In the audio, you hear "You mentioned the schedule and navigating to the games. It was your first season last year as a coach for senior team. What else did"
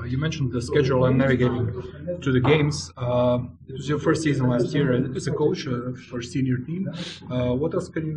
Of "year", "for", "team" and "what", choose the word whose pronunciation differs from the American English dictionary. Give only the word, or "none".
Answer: year